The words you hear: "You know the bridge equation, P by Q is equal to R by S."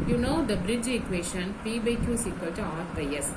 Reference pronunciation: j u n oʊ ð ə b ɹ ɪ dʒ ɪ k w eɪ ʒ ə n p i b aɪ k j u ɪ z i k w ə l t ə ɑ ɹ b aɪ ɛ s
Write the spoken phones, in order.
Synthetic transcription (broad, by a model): j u n oʊ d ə b ɹ ɪ dʒ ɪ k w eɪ ʃ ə n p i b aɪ k j u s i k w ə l t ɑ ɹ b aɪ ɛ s